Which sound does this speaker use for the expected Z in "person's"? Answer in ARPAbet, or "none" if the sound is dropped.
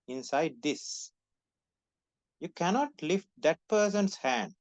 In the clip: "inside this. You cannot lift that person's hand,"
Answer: S